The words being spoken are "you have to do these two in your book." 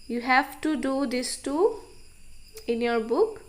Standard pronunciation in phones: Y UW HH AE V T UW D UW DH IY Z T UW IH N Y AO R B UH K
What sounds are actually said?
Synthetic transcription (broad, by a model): Y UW HH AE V T UW D UW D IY S T UW IH N Y AO R B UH K